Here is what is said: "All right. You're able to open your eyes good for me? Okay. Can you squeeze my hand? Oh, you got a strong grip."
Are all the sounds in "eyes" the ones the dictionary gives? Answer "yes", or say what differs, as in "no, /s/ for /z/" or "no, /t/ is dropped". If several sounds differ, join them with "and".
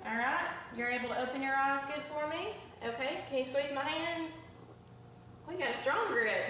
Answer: yes